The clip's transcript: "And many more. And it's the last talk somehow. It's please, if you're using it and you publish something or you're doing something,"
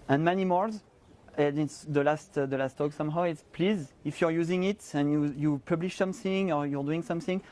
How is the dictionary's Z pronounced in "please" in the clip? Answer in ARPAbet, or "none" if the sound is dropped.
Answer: Z